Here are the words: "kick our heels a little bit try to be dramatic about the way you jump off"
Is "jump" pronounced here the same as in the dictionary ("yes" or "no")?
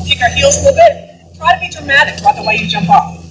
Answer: yes